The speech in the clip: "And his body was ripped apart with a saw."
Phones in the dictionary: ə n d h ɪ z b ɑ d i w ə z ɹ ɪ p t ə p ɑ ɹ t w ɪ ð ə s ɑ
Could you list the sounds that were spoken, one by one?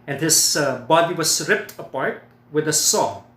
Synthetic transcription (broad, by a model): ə n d h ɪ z b ɑ d i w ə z ɹ ɪ p t ə p ɑ ɹ t w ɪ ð ə s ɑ